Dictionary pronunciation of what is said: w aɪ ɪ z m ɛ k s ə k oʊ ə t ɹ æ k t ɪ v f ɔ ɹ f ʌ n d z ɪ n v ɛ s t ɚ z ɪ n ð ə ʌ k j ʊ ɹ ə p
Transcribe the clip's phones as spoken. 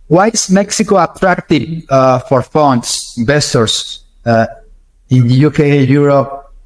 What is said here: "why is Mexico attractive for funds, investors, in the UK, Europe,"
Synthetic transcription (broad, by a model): w aɪ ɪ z m ɛ k s ə k oʊ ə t ɹ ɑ k t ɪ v f ɔ ɹ f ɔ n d s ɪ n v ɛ s t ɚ s ɪ n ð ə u k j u ɹ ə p